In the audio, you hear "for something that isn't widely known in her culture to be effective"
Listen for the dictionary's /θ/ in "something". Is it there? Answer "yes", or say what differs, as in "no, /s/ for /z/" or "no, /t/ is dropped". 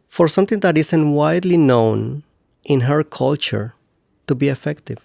no, /t/ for /θ/